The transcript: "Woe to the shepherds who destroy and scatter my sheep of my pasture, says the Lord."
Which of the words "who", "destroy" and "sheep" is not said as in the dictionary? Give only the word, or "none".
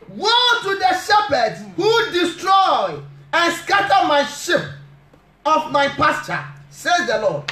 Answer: none